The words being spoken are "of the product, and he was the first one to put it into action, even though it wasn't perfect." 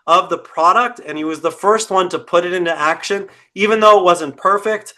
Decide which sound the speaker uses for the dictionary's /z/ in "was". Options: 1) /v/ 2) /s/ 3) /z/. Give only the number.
3